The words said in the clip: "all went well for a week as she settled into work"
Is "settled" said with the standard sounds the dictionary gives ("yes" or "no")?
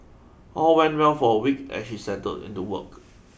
no